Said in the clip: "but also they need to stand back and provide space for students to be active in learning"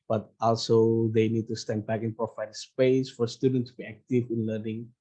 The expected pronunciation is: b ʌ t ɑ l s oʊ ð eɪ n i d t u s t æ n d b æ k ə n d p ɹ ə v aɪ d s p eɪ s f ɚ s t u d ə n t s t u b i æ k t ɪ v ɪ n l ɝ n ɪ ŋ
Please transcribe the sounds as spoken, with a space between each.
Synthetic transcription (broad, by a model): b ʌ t ɑ l s oʊ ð eɪ n i d t u s t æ n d b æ k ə n p ɹ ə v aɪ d s p eɪ s f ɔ s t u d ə n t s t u b i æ k t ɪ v ɪ n l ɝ n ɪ ŋ